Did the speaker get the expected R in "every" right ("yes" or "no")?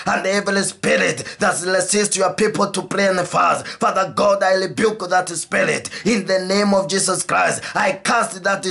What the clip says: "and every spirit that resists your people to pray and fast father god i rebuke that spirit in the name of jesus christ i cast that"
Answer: no